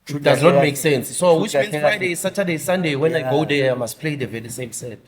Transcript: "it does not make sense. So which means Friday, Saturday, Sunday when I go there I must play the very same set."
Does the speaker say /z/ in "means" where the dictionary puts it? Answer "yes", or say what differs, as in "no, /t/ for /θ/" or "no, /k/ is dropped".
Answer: no, /z/ is dropped